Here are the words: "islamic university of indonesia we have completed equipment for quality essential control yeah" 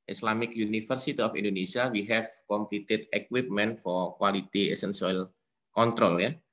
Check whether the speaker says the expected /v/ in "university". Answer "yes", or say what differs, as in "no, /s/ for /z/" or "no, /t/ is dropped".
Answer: no, /f/ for /v/